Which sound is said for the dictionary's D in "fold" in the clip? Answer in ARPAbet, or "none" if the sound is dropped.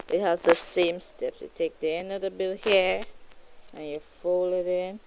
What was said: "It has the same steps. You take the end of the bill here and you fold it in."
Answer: none